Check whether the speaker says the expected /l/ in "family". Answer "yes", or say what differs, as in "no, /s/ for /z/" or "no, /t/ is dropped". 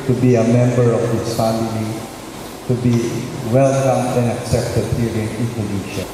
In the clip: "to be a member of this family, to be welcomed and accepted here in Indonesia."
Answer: yes